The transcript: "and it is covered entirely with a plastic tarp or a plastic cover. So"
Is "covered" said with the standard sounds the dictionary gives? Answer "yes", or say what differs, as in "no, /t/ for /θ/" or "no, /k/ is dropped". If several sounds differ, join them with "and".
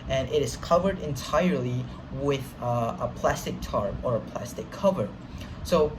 yes